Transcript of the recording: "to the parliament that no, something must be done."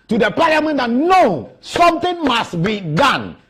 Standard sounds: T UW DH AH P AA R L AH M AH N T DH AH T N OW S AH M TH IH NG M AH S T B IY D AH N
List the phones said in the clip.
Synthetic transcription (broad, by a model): T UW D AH P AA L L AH M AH N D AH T N OW S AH M T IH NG M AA S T B IY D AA N